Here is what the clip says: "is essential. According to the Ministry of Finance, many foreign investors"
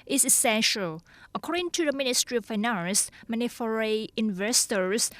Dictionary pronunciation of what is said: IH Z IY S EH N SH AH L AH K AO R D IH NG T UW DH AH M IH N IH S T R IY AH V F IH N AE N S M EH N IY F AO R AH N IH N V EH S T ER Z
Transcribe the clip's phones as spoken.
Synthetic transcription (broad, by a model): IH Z IY S EH N SH AH L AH K AO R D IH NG T UW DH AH M IH N IH S T R IY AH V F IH N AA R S M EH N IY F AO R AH IH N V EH S T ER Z